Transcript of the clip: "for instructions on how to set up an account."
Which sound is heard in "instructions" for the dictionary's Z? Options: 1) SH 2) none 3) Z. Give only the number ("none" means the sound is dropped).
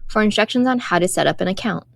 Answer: 3